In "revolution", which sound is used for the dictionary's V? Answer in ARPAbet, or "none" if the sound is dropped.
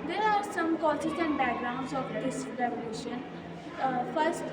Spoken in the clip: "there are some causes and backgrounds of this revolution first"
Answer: none